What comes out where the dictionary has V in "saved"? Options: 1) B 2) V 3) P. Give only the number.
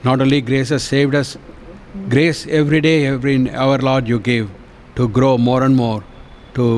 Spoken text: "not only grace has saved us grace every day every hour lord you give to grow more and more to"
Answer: 2